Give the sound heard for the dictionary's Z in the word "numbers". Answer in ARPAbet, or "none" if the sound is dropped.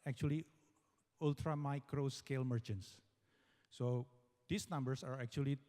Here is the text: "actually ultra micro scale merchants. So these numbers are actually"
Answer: S